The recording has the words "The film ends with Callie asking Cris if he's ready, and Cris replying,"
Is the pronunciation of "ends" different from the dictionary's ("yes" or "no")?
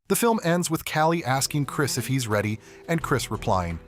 no